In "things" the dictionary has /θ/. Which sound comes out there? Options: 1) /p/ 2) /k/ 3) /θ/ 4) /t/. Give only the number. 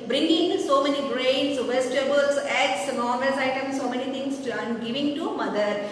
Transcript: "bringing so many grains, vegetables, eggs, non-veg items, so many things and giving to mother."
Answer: 4